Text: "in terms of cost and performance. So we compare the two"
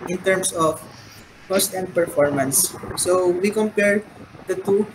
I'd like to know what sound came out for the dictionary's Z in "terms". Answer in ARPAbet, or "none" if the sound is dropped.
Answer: S